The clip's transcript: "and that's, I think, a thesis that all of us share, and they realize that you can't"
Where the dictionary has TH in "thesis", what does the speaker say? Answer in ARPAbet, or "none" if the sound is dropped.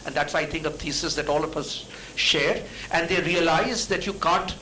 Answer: T